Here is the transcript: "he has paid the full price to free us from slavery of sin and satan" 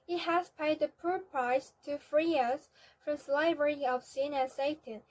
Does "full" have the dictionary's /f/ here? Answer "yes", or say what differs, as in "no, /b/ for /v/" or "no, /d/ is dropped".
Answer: no, /p/ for /f/